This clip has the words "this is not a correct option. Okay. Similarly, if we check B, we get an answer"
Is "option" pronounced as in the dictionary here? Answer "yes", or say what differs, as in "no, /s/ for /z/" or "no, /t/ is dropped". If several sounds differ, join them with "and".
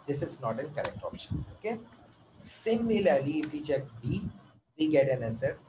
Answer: yes